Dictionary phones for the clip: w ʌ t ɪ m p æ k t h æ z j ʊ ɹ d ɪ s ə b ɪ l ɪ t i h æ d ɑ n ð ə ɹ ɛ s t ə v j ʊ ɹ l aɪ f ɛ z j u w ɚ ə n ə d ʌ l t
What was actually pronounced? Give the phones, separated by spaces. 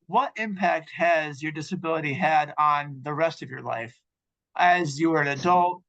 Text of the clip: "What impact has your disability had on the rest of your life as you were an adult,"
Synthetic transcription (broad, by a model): w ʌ t ɪ m p æ k t h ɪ z j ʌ ɹ d ɪ s ə b ɪ l ɪ t i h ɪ d n ð ə ɹ ɛ s t ə v j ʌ ɹ l aɪ f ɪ z j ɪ w ɚ ə n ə d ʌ l t